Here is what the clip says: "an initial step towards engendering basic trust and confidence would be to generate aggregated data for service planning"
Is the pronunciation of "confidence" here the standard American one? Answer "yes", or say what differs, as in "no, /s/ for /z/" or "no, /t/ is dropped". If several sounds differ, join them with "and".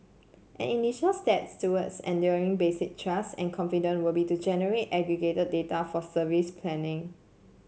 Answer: no, /s/ is dropped